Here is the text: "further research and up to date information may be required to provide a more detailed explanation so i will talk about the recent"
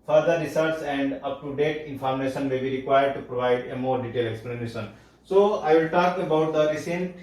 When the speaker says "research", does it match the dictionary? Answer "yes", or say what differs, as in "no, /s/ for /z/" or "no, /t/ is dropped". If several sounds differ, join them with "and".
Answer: no, /s/ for /tʃ/